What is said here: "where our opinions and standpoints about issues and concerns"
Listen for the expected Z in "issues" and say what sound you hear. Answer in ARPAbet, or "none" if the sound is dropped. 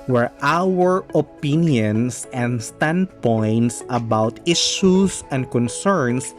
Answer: S